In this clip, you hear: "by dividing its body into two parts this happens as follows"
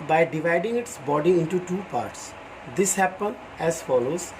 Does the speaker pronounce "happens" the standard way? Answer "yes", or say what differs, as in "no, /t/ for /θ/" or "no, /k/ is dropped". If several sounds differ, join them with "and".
no, /z/ is dropped